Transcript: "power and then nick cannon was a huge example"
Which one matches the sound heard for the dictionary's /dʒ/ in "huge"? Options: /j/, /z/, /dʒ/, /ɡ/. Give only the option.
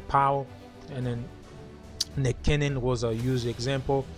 /z/